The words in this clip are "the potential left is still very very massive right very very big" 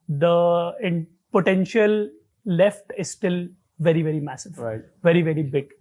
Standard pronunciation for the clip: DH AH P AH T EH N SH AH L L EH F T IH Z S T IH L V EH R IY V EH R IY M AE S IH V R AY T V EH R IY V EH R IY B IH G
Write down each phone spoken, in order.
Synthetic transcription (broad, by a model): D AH P AH T EH N SH AH L L EH F T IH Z S T IH L V EH R IY V EH R IY M AE S IH V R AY V EH R IY V EH R IY B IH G